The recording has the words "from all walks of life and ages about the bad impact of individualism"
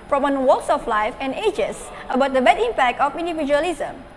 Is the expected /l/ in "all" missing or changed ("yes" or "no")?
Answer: yes